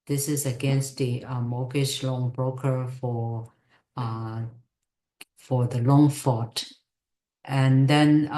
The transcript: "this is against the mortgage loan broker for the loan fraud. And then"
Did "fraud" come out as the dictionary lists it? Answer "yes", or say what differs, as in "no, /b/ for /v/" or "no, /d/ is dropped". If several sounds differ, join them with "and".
no, /ɹ/ is dropped